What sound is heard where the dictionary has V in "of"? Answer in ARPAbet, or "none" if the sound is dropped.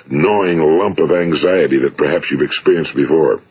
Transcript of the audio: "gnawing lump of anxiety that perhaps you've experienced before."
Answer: V